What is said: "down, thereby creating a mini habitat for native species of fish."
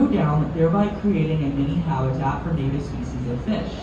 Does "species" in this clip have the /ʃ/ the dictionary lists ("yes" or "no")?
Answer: no